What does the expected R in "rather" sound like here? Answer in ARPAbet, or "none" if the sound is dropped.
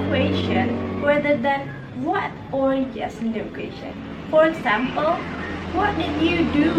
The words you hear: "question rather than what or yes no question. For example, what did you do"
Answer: W